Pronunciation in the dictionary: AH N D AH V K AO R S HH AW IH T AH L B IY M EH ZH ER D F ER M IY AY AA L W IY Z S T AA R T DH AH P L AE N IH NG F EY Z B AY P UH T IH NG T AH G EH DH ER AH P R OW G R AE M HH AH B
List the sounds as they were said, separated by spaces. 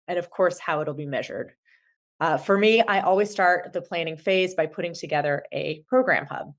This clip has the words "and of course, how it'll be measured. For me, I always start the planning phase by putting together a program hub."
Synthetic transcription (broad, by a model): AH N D AH V K AO R S HH AW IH T L B IY M EH ZH ER D F ER M IY AY AA L W IY Z S T AA R T DH AH P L AE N IH NG F EY Z B AY P UH T IH NG T AH G EH DH ER AH P R OW G R AE M HH AH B